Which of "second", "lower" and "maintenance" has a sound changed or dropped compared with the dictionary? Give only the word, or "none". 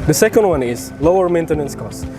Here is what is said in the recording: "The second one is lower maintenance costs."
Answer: none